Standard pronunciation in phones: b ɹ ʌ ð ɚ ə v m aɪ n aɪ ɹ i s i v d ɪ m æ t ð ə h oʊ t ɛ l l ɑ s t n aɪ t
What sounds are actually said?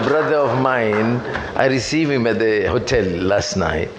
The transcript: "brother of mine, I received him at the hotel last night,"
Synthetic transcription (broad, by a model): b ɹ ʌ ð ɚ ə v m aɪ n aɪ ɹ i s i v ɪ m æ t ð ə h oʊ t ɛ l l ɑ s t n aɪ t